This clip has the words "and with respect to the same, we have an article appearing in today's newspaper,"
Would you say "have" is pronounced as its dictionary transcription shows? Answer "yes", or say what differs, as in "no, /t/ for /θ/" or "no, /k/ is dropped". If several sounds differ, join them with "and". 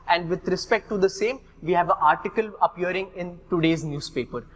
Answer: yes